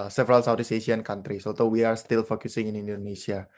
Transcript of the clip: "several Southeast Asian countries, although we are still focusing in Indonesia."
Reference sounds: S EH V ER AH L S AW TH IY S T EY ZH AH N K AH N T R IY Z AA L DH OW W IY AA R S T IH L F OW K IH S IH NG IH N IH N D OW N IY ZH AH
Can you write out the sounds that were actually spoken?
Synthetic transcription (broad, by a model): S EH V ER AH L S AW T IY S EY S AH N K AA N T R IY S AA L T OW W IY AA R S T IH L F OW K IH S IH NG IH N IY N D OW N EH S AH